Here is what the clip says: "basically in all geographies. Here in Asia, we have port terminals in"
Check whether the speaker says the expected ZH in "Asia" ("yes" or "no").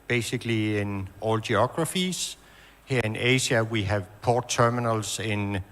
no